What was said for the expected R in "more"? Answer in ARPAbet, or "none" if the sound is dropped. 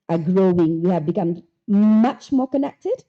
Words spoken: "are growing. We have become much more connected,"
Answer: R